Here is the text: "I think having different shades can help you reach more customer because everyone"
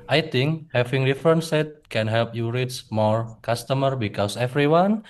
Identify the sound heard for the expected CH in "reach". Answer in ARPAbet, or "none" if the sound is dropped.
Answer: S